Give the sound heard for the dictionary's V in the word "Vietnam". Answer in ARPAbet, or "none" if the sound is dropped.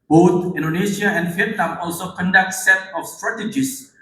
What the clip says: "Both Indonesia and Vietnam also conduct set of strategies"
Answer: F